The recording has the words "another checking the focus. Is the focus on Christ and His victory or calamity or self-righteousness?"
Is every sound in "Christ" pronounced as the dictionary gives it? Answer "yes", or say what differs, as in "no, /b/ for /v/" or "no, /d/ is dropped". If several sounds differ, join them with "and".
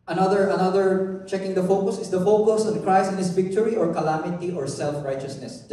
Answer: no, /t/ is dropped